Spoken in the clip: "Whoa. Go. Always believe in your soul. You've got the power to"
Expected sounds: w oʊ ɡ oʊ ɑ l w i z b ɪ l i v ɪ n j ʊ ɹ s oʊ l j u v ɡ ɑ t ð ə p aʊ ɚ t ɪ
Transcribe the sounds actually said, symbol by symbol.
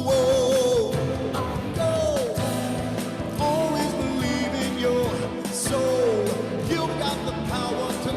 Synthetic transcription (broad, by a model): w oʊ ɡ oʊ ɑ l w i z b ɪ l i v ɪ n j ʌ ɹ s oʊ l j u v ɡ ɑ t ð ə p aʊ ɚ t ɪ